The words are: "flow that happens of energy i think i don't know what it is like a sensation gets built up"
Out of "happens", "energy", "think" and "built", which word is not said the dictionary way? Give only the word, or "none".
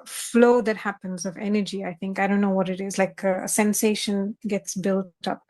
none